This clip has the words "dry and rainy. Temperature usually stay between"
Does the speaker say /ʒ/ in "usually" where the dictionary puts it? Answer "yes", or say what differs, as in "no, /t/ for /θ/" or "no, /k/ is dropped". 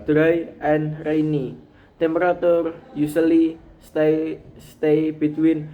no, /s/ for /ʒ/